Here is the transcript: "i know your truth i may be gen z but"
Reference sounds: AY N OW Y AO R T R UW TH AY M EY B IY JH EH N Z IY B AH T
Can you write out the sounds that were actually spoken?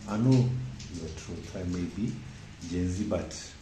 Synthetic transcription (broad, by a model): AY N OW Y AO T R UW T AY M EY B IY JH EH N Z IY B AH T